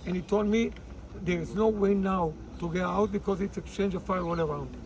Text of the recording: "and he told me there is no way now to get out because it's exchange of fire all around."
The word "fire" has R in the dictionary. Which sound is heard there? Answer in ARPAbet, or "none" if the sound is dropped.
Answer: W